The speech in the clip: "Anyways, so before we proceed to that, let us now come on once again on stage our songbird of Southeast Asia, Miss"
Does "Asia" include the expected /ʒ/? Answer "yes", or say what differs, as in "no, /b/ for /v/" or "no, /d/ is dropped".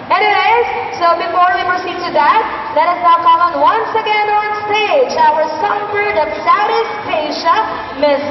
no, /ʃ/ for /ʒ/